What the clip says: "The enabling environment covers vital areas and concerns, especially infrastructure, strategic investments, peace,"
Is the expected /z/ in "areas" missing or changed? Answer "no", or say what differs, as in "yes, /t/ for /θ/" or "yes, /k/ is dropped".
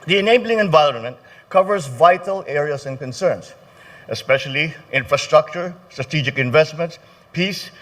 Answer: yes, /s/ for /z/